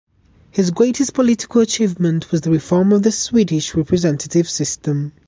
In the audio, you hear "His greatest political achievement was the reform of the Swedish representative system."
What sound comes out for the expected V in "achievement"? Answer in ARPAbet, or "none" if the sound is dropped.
V